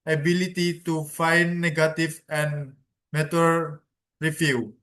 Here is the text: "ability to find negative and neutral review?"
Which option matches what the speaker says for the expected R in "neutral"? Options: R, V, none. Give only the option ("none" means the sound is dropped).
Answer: none